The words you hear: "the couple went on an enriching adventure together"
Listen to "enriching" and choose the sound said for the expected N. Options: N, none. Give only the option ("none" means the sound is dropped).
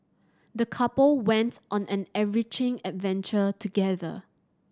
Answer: none